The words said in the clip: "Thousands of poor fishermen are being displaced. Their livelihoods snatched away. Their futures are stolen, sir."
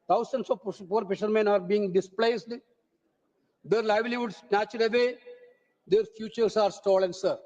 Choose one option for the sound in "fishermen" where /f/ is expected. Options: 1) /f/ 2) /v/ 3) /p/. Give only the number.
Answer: 3